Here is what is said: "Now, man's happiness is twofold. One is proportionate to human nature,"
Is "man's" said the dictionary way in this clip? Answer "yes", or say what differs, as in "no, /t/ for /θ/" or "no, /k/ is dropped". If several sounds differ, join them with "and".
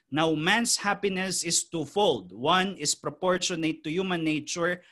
no, /s/ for /z/